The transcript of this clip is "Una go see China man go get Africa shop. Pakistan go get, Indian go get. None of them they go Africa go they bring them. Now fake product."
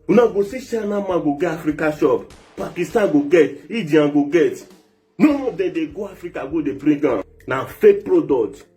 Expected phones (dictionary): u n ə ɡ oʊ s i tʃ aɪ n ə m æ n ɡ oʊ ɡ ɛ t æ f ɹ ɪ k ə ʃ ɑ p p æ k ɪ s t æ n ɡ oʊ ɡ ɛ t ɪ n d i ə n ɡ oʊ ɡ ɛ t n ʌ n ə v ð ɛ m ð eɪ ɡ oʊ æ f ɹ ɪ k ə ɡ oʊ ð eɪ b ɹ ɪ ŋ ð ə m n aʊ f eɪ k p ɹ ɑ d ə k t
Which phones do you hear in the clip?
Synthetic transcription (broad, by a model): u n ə ɡ oʊ s i ʃ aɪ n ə m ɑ ɡ oʊ ɡ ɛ ɑ f ɹ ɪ k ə ʃ ɑ p p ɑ k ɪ s t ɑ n ɡ oʊ ɡ ɛ t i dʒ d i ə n ɡ oʊ ɡ ɛ t n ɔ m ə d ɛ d eɪ ɡ oʊ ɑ f ɹ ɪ k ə ɡ oʊ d eɪ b ɹ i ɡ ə n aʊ f eɪ k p ɹ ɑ d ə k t